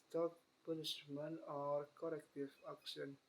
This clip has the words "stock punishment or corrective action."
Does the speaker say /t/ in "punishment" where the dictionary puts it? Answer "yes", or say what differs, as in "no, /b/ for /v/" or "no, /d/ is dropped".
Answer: no, /t/ is dropped